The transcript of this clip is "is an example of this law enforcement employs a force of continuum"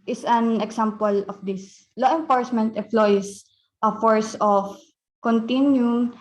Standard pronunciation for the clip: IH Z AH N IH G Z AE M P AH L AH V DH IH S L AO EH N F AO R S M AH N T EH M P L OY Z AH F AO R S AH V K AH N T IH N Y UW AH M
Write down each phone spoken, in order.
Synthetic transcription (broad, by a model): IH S AH N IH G S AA M P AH L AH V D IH S L AO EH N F AO R S M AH N T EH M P L OY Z AH F AO R S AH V K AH N T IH N Y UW